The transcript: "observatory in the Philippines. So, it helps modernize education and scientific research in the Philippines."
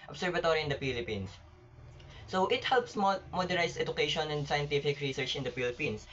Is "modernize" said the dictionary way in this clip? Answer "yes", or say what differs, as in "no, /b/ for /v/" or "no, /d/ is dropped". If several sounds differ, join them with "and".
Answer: no, /s/ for /z/